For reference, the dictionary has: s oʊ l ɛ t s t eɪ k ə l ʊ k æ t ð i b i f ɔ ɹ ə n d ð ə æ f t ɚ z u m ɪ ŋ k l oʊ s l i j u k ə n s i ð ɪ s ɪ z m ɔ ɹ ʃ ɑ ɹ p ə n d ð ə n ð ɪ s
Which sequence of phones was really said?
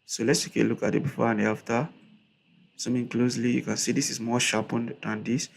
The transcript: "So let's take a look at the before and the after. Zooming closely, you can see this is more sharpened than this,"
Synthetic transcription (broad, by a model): s oʊ l ɛ t s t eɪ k ə l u k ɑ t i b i f ɔ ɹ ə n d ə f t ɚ s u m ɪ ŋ k l oʊ s l i j u k ə n s i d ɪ s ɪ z m ɔ ʃ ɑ p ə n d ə n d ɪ s